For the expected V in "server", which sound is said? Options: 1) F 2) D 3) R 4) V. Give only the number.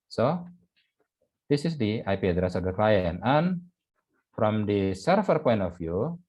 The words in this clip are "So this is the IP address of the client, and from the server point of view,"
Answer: 1